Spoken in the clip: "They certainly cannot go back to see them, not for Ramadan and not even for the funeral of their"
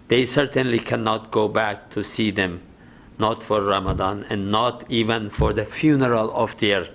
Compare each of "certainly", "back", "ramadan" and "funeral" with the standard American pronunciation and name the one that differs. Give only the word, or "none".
none